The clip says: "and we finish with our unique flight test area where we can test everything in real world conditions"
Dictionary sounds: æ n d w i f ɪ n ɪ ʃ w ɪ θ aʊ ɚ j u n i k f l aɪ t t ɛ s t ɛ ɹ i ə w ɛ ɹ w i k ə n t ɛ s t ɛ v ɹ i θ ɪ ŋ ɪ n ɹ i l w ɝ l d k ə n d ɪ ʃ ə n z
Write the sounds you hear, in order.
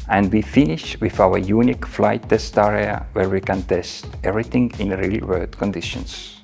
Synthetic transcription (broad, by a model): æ n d w i f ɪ n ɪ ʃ w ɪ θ aʊ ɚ j u n i k f l aɪ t t ɛ s t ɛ ɹ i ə w ɛ ɹ w i k ə n t ɛ s t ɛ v ɹ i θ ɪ ŋ ɪ n ɹ i l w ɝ d k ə n d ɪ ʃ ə n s